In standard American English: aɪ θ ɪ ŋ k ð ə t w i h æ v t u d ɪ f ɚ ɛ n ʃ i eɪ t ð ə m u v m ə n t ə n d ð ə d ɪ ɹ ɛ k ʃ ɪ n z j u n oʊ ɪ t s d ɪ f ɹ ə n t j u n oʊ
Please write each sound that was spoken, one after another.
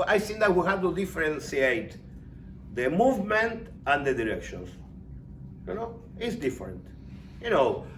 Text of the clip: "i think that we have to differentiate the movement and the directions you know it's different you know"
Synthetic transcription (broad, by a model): aɪ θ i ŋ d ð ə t w i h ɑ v t u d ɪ f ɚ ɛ n s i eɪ t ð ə m u v m ə n t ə n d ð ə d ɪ ɹ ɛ k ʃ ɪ n s j u n oʊ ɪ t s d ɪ f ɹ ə n t j u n oʊ